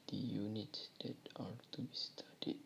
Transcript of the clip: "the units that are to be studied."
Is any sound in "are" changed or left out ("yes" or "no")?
yes